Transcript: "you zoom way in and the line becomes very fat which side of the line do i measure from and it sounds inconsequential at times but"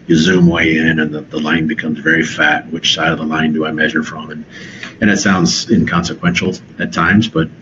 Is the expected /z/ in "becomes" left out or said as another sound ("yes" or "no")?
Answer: no